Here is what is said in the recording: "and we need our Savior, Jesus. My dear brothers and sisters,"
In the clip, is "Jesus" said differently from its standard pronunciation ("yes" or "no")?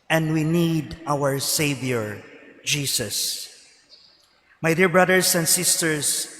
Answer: yes